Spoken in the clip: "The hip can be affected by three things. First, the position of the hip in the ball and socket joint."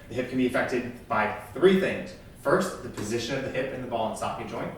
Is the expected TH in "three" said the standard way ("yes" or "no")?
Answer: yes